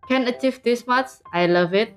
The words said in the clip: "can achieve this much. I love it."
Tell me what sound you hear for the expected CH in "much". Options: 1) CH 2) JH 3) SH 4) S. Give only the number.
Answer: 4